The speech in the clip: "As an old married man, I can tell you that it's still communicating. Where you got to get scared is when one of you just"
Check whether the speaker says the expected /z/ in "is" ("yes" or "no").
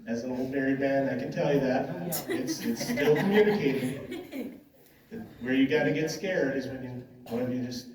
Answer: yes